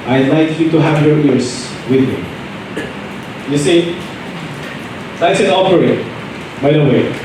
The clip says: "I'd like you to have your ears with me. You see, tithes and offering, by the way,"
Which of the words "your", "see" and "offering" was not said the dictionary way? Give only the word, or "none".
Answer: offering